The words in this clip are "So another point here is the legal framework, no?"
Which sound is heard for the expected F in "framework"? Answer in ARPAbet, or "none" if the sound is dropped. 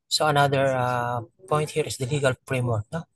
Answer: P